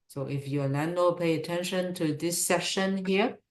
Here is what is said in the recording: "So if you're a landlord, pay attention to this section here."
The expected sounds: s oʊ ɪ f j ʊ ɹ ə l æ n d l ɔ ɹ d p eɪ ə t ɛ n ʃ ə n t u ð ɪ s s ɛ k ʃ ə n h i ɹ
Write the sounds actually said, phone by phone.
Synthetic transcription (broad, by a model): s oʊ ɪ f j ə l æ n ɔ p eɪ ə t ɛ n ʃ ə n t u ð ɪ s s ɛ ʃ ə n h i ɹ